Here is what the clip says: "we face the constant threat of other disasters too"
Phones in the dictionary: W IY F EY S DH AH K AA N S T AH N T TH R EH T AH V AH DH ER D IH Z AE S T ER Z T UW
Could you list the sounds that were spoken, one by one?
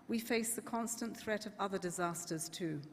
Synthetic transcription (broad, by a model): W IY F EY S DH AH K AA N S T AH N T TH R EH T AH V AH DH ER D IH Z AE S T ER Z T UW